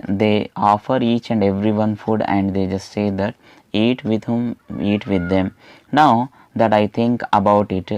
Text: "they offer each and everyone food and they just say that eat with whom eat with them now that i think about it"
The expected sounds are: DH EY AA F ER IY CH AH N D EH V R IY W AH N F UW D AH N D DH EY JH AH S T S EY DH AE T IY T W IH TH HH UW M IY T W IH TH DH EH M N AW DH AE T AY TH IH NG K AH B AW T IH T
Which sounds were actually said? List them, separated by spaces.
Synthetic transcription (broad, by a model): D EY AA F ER IY CH AH N D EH V R IY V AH N F UW D AH N D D EY JH AH S T S EY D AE T IY T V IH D HH UW M IY T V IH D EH M N AW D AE T AY T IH NG K AH B AW T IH T